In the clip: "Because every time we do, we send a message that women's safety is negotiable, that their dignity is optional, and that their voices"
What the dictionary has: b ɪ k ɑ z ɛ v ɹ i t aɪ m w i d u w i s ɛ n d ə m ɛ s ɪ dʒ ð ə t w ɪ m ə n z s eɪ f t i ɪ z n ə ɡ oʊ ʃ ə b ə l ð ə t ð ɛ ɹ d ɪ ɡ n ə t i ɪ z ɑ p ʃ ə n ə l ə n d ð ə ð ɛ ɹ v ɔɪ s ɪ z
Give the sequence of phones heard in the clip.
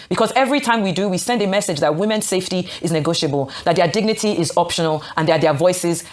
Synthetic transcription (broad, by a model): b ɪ k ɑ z ɛ v ɹ i t aɪ m w i d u w i s ɛ n d ə m ɛ s ɪ dʒ ð ə t w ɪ m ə n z s eɪ f t i ɪ z n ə ɡ oʊ ʃ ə b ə l ð ə t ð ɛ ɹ d ɪ ɡ n ə t i ɪ z ɑ p ʃ ə n ə l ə n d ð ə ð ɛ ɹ v ɔɪ s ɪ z